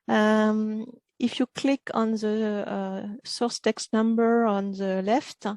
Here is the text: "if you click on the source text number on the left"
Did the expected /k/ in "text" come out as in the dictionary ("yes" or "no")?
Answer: yes